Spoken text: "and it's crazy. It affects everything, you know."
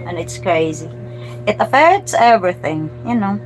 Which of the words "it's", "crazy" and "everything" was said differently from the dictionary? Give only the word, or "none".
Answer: none